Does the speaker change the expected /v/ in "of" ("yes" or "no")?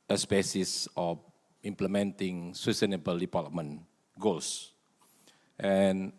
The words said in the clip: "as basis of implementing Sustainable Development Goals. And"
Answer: yes